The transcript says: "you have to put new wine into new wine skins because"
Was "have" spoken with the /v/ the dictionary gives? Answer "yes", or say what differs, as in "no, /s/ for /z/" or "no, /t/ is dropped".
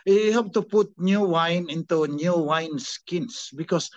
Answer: no, /p/ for /v/